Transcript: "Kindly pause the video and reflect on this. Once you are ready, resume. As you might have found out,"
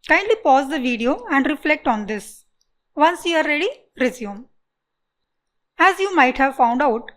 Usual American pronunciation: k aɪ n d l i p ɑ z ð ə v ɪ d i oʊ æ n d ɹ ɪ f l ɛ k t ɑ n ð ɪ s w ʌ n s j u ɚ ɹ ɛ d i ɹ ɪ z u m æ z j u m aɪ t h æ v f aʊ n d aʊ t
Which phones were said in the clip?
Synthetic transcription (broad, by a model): k aɪ n d l i p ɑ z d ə v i d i oʊ æ n d ɹ ɪ f l ɛ k t ɑ n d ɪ s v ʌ n s j u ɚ ɹ ɛ d i ɹ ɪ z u m æ z j u m aɪ t h æ v f aʊ n d aʊ t